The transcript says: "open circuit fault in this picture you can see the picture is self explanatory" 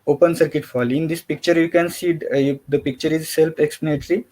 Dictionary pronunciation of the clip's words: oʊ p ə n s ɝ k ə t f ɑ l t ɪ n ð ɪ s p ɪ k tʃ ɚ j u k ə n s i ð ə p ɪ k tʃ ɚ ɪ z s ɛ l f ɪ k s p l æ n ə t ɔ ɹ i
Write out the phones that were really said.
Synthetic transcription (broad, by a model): oʊ p ə n s ɝ k ə t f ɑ l ɪ n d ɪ s p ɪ k tʃ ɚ j u k ə n s i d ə p ɪ k tʃ ɚ ɪ z s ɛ l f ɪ k s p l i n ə t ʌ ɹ i